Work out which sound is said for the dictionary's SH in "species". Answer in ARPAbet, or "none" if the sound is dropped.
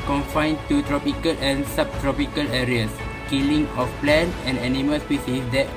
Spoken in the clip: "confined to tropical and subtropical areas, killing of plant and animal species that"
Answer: S